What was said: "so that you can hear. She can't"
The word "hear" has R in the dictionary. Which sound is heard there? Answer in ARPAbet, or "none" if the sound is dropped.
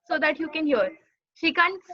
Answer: R